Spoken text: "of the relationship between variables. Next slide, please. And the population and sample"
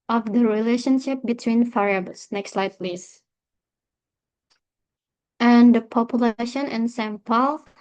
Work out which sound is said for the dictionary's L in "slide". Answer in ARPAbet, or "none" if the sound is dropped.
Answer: L